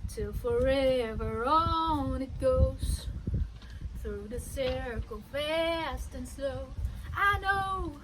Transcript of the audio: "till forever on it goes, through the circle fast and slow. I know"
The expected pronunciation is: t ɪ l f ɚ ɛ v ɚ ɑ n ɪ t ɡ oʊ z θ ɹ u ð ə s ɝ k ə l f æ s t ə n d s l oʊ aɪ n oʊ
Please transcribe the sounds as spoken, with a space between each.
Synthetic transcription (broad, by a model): t ɪ l f ɚ ɛ v ɚ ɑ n ɪ t ɡ oʊ z θ ɹ u ð ə s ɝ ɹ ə l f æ s t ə n s l oʊ aɪ n oʊ